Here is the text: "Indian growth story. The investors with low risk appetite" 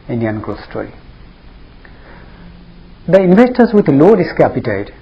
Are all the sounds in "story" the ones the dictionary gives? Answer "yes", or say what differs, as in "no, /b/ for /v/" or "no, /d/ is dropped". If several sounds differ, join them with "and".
no, /l/ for /ɹ/